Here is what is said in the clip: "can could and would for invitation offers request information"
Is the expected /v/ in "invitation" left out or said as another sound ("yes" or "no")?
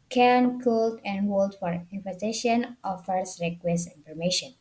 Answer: yes